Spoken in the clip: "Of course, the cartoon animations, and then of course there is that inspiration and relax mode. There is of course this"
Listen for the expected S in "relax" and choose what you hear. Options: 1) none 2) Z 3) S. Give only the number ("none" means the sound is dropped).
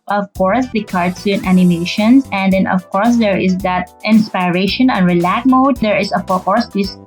1